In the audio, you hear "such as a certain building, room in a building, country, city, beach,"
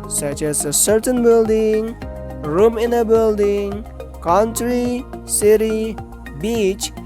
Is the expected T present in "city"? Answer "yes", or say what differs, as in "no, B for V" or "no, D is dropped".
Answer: yes